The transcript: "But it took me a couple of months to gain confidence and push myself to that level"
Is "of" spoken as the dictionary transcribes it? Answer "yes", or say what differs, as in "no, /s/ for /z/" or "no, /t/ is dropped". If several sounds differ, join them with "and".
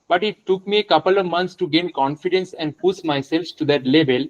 yes